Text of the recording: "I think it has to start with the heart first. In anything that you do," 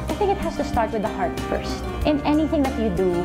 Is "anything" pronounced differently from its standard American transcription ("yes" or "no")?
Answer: no